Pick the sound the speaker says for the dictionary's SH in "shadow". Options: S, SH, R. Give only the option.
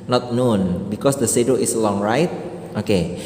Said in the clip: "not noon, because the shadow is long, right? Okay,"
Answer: S